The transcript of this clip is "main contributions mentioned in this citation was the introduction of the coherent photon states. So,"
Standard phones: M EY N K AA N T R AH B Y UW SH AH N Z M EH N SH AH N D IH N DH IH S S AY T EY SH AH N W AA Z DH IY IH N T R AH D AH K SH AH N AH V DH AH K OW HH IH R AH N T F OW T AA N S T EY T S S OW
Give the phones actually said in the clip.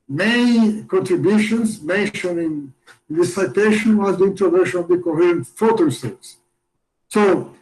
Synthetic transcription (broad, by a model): M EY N K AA N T R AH B Y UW SH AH N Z M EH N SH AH N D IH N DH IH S S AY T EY SH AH N W AA Z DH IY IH N T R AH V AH SH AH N AH V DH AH K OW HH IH R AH N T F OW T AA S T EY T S S OW